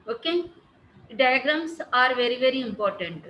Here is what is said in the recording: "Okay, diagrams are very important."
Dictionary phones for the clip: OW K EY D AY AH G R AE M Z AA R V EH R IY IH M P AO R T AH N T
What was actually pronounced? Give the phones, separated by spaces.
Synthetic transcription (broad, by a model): OW K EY D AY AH G R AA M S AA R V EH R IY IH M P AO R T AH N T